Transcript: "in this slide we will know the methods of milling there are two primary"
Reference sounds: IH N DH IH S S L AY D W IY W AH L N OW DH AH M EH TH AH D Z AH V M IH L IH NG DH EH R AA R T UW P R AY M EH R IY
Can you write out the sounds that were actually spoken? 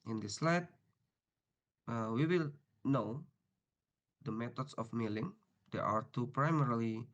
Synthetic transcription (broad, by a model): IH N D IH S S L AY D W IY W AH L N OW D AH M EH T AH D S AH F M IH L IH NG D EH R AA R T UW P R AY M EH R IY